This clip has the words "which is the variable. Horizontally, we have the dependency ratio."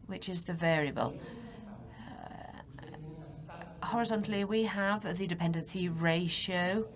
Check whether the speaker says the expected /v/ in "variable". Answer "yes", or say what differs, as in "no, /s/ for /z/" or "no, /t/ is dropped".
yes